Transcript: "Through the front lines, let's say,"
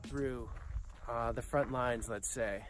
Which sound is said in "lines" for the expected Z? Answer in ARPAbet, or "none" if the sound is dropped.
Z